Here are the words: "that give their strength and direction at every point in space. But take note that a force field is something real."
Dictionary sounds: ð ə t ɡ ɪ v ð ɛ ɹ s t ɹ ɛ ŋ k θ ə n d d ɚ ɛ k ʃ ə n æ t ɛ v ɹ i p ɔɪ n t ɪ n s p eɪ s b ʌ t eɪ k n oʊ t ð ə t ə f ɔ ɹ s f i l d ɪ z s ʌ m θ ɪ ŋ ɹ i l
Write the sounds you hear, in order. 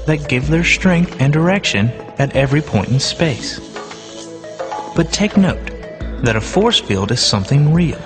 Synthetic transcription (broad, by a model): ð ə t ɡ ɪ v ð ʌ ɹ s t ɹ ɛ ŋ k θ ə n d d ɚ ɛ k ʃ ə n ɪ t ɛ v ɹ i p ɔɪ n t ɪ n s p eɪ s b ʌ t eɪ k n oʊ t ð ə t ə f ɔ ɹ s f i l d ɪ z s ʌ m θ ɪ ŋ ɹ i l